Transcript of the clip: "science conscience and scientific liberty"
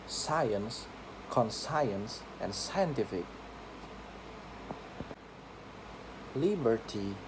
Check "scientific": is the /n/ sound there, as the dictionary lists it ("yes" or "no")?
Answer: yes